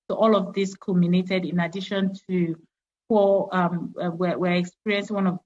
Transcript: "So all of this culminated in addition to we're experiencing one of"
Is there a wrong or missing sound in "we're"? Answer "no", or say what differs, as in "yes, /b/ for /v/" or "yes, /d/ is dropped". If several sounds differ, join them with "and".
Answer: yes, /w/ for /ɹ/